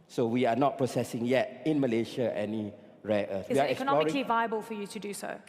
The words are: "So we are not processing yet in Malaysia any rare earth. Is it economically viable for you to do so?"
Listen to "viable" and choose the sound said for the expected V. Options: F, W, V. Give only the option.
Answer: V